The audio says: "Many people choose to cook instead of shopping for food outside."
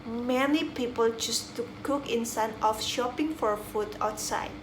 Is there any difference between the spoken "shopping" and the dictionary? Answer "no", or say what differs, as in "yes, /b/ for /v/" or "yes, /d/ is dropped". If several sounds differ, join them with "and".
no